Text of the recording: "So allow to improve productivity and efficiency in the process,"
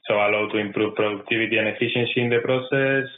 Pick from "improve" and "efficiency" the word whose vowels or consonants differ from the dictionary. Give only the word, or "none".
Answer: efficiency